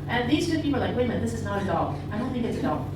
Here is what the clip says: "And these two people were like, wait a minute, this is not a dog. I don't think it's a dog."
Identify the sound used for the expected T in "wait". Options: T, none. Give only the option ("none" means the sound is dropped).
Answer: none